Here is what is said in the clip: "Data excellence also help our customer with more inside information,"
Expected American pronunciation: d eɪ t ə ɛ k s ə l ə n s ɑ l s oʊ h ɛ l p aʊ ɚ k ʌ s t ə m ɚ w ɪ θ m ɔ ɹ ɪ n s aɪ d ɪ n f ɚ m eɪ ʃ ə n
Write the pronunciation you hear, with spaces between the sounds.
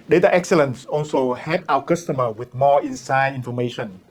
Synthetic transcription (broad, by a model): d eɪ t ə ɛ k s ə l ə n s ɑ l s oʊ h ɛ p aʊ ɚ k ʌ s t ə m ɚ w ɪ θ m ɔ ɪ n s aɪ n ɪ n f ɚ m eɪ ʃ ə n